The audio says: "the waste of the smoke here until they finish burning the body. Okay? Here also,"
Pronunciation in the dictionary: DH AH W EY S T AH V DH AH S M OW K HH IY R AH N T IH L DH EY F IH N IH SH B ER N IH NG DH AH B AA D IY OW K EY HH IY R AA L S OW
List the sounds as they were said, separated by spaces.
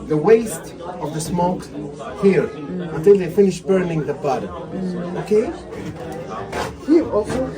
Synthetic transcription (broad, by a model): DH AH W EY S T AH V DH AH S M OW K HH IY R AH N T IH L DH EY F IH N IH SH B ER N IH NG DH AH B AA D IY OW K EY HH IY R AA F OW